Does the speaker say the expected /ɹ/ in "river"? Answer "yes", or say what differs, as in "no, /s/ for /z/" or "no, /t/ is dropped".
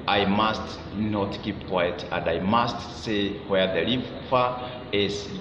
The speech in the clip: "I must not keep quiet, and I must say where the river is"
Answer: no, /l/ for /ɹ/